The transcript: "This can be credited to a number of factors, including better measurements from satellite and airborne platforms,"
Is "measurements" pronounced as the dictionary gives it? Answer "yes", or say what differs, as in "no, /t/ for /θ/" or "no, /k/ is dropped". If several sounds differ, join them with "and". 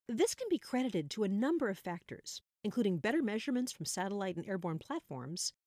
yes